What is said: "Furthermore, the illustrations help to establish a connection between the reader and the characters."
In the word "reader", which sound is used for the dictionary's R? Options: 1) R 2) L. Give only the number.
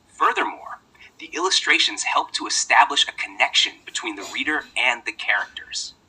1